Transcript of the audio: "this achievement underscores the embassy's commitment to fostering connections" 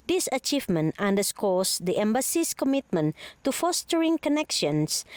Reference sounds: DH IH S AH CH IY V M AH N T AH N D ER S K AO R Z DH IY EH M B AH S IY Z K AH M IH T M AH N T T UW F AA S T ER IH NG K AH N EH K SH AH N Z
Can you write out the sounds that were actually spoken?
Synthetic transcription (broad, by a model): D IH S AH CH IY V M AH N T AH N D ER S K AO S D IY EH M B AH S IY S K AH M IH T M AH N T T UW F AA S T ER IH NG K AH N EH K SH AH N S